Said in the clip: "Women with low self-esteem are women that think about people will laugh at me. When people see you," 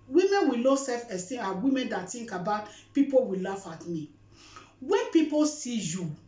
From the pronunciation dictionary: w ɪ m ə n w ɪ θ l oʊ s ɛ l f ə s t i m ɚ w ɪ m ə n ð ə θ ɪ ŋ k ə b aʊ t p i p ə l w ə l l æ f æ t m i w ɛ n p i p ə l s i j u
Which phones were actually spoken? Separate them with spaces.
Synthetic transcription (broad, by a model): w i m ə n w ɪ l oʊ s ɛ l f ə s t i ɑ w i m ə n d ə t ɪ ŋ k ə b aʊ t p i p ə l w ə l l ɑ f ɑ t m i w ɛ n p i p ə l s i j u